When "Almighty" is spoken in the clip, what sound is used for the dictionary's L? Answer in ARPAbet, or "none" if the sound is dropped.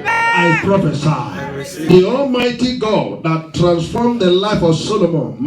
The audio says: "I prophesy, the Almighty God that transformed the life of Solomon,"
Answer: L